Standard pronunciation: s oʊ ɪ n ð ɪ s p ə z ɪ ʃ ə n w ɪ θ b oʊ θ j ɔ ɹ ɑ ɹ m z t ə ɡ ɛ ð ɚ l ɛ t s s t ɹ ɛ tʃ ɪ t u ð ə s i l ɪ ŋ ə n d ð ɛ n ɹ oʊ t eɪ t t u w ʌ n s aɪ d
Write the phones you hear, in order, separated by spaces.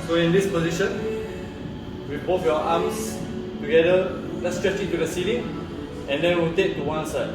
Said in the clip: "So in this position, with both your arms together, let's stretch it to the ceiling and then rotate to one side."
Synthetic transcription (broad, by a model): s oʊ ɪ n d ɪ s p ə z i ʃ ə n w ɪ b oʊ t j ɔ ɑ m s t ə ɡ ɛ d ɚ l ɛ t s s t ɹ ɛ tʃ ɪ t u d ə s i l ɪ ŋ ə n d ɛ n w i t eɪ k t u w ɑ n s aɪ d